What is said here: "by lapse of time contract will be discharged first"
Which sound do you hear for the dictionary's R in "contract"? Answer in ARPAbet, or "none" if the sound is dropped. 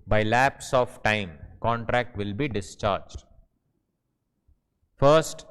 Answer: R